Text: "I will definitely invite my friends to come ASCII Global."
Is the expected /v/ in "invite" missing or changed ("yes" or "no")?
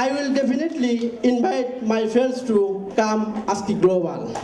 yes